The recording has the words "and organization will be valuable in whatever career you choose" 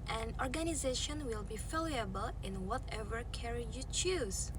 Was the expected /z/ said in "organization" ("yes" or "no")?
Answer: yes